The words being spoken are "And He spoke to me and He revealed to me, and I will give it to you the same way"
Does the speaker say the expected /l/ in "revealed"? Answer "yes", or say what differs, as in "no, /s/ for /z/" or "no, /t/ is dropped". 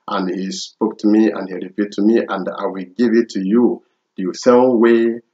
no, /l/ is dropped